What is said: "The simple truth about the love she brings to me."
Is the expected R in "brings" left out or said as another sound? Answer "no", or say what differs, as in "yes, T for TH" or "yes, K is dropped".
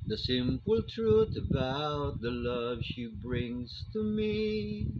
no